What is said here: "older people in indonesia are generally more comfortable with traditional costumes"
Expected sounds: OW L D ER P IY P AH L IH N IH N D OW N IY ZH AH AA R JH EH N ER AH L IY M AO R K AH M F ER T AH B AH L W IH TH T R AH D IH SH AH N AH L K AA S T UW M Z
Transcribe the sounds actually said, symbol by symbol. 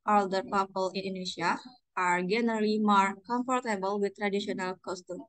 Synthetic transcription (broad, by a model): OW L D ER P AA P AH L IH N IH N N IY SH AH AA R JH EH N ER AH L IY M AO R K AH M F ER T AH B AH L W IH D T R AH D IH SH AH N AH L K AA S T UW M